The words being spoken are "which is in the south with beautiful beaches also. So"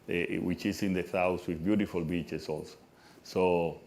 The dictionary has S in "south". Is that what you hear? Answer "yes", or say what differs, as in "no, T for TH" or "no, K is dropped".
no, TH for S